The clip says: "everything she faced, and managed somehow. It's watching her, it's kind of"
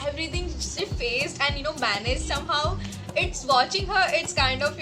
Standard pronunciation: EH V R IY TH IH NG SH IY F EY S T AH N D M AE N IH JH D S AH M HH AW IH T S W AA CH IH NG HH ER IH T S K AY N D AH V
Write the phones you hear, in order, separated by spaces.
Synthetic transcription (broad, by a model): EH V R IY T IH NG S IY F EY S T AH N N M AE N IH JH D S AH M HH AW IH T S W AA CH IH NG HH ER IH T S K AY N D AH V